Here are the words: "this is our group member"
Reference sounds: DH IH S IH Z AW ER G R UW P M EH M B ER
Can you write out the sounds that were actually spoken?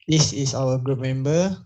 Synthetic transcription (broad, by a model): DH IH S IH S AW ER G R UW P M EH M B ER